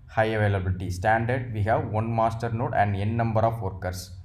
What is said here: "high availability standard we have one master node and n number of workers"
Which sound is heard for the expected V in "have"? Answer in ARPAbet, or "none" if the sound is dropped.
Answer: V